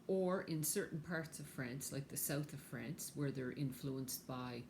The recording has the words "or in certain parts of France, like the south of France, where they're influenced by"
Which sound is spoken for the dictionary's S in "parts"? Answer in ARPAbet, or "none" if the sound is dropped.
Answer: S